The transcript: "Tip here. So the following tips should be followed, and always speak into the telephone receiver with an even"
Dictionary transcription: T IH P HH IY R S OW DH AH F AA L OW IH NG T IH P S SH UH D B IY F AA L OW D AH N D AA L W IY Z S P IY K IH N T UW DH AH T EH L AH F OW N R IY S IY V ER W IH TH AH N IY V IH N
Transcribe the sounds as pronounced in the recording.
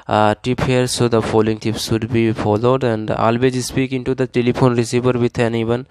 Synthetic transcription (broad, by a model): T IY P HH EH R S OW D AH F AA L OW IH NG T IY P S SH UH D B IY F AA L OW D AH N D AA L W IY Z S P IY K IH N T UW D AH T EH L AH P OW N R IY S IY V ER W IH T AH N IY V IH N